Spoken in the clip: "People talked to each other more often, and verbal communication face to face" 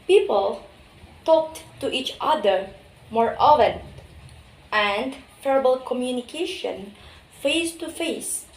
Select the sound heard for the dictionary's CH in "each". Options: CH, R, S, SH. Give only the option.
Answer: CH